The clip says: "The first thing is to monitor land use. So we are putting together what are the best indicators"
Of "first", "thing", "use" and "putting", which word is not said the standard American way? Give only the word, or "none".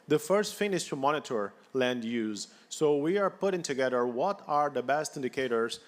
thing